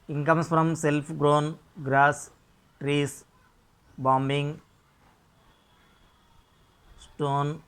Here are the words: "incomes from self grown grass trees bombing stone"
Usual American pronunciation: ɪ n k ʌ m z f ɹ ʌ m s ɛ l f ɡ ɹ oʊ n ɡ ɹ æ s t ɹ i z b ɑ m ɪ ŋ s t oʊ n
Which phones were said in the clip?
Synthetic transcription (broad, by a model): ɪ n k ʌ m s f ɹ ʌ m s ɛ l p ɡ ɹ oʊ n ɡ ɹ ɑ s t ɹ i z b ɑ m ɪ ŋ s t oʊ n